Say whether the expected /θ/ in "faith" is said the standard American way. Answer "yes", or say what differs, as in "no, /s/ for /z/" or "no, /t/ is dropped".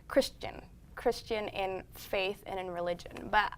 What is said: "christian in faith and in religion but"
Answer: yes